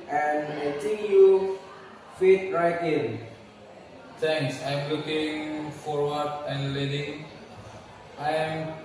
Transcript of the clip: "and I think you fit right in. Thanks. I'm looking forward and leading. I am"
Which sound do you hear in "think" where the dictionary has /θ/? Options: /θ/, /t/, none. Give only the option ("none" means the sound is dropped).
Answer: /t/